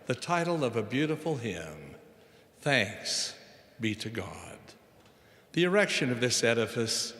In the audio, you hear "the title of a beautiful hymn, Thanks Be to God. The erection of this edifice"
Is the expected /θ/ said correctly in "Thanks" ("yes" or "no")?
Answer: yes